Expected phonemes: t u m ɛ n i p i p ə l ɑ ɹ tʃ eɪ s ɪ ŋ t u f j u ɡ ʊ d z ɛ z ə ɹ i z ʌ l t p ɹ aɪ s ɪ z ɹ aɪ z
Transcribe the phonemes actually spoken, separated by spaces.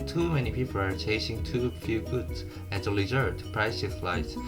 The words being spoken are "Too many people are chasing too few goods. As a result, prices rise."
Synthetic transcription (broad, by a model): t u m ɛ n i p i p ə l ɑ ɹ tʃ eɪ s ɪ ŋ t u f j u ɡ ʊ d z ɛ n ə l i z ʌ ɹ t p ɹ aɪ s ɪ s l aɪ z